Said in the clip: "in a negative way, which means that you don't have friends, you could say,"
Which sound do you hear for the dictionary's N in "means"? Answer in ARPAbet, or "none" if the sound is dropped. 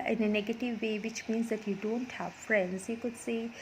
N